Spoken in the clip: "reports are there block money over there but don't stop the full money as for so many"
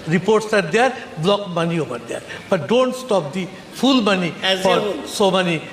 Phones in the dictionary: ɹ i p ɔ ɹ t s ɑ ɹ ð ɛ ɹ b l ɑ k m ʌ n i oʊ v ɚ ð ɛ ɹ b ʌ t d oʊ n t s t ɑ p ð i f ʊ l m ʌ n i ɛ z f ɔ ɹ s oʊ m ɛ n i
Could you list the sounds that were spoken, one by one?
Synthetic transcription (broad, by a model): ɹ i p ɔ ɹ t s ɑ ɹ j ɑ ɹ b l ɑ k m ʌ n i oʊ p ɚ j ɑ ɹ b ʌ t d oʊ n t s t ɑ p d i p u l m ʌ n i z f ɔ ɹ s oʊ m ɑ n i